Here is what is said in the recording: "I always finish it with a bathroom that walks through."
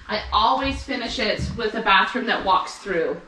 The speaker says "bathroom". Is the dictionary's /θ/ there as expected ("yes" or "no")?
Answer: yes